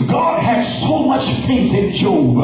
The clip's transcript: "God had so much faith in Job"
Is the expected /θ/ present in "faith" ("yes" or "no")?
yes